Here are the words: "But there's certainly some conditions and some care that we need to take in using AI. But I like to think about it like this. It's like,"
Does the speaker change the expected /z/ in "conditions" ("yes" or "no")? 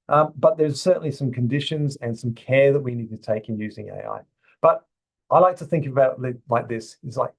no